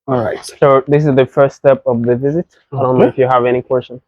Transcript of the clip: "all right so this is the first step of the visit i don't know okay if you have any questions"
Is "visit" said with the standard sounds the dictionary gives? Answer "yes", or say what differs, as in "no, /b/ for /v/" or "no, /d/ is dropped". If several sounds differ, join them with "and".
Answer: yes